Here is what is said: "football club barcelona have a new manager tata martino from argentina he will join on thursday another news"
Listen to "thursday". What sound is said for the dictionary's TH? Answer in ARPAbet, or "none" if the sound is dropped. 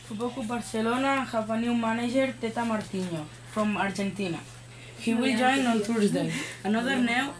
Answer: T